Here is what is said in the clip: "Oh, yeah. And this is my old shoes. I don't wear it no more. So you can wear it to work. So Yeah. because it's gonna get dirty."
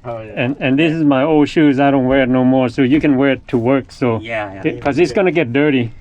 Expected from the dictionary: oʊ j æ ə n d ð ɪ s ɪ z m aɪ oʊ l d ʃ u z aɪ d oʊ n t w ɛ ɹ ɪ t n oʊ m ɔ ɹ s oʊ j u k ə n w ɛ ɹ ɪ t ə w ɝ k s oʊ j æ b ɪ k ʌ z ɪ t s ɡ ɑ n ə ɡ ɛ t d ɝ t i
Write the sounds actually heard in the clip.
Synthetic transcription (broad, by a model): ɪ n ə n ð ɪ s ɪ z m aɪ oʊ l d ʃ u z aɪ d oʊ n t w ɛ ɹ ɪ t n oʊ m ɔ ɹ s oʊ j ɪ k ə n w ɛ ɹ ɪ t ə w ɝ k s oʊ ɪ k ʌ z ɪ t s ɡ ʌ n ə ɡ ɛ t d ɝ t i